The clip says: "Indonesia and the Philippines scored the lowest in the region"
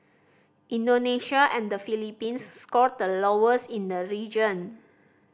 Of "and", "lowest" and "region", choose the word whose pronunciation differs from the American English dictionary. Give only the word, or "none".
lowest